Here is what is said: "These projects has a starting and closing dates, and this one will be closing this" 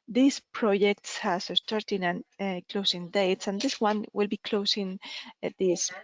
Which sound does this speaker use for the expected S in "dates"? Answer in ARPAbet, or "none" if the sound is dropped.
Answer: S